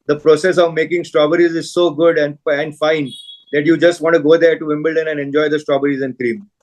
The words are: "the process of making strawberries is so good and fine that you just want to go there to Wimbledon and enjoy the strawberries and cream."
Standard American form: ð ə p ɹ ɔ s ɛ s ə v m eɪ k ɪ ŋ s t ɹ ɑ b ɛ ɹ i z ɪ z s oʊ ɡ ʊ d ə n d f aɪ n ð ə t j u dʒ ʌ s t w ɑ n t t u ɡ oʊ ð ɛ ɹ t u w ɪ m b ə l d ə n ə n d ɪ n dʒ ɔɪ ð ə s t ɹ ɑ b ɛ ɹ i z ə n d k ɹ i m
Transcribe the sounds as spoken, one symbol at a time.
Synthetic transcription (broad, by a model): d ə p ɹ ɔ s ɛ s ə v m eɪ k ɪ ŋ s t ɹ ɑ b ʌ ɹ i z ɪ z s oʊ ɡ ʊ d ə n d f aɪ n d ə t j u dʒ ʌ s t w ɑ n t t u ɡ oʊ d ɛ ɹ t u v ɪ m b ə l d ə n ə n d ɪ n dʒ ɔɪ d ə s t ɹ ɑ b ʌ ɹ i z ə n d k ɹ i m